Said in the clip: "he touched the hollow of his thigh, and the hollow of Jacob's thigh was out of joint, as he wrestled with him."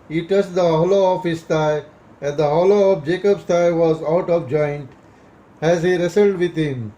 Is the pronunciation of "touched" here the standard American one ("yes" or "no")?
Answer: no